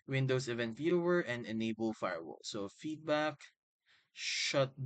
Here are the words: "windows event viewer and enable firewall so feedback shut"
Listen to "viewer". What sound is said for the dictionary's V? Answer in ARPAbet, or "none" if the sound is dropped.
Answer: F